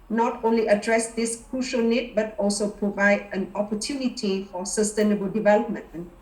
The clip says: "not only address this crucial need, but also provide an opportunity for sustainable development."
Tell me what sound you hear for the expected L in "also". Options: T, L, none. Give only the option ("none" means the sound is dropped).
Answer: L